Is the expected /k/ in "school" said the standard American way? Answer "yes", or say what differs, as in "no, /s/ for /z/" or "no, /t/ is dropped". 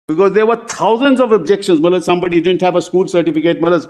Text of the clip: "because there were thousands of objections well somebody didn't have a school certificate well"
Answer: yes